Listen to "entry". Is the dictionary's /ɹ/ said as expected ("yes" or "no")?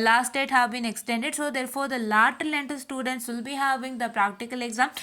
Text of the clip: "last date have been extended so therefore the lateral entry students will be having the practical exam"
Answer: no